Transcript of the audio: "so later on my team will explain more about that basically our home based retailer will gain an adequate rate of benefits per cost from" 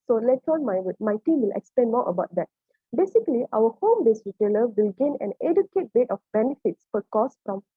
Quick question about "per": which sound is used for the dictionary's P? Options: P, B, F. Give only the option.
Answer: F